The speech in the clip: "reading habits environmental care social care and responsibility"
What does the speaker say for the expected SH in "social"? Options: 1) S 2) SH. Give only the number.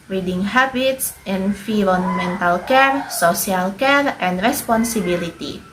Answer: 1